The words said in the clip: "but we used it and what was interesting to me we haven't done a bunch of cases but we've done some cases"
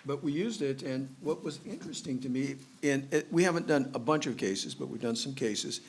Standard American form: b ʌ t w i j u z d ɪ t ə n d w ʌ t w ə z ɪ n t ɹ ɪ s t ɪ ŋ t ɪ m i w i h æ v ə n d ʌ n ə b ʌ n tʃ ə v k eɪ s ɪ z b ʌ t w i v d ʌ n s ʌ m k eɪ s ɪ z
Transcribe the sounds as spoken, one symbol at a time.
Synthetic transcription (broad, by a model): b ʌ t w i j u z d ɪ t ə n w ʌ t w ə z ɪ n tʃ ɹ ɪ s t ɪ ŋ t ɪ m i w i h æ v ə n d ʌ n ə b ʌ n tʃ ə v k eɪ s ɪ z b ʌ t w i v d ʌ n s ʌ m k eɪ s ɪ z